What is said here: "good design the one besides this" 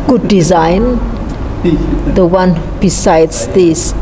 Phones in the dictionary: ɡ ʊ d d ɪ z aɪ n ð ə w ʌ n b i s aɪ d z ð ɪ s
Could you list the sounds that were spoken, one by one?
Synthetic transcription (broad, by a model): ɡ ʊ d d ɪ z aɪ n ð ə w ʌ n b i s aɪ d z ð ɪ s